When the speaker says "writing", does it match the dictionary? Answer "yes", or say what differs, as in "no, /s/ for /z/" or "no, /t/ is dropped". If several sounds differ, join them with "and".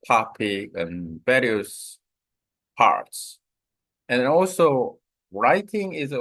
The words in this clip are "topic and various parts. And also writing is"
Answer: yes